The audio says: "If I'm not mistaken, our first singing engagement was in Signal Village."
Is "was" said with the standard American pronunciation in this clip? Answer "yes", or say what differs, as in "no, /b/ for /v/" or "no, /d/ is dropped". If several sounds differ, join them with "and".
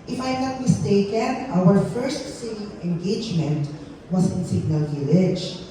no, /s/ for /z/